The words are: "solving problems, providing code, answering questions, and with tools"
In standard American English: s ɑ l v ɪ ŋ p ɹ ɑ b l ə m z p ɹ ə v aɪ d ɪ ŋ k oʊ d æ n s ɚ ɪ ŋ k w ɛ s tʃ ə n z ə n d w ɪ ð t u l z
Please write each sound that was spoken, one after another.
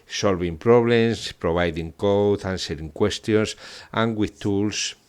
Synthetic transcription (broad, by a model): s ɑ l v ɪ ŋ p ɹ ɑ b l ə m s p ɹ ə b aɪ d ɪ ŋ k oʊ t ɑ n s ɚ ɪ ŋ k w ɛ s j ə n s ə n w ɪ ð t u l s